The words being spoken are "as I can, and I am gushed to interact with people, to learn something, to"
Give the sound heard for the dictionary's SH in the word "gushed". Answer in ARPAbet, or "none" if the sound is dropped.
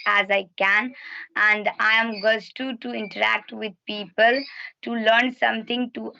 S